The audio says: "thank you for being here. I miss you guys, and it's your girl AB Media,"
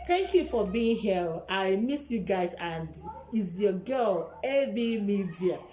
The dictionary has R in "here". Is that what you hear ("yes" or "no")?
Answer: no